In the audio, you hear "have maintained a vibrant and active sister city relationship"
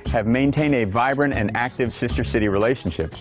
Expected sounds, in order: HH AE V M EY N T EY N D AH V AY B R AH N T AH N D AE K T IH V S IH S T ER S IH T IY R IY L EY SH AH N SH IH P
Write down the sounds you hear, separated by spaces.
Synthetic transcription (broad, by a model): HH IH V M EY N T EY N D AH V AY B R AH N T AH N AE K T IH V S IH S T ER S IH T IY R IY L EY SH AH N SH IH P